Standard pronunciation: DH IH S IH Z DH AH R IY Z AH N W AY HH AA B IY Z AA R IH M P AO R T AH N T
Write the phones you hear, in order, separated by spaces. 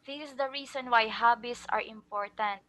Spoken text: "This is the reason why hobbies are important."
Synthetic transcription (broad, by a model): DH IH S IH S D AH R IY S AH N W AY HH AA B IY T AA R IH M P AO R T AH N T